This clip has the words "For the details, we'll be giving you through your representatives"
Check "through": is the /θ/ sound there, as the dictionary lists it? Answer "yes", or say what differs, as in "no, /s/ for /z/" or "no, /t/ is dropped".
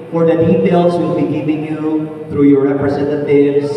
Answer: yes